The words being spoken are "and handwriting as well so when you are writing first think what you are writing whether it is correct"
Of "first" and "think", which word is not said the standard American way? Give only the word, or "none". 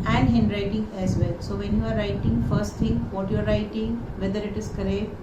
think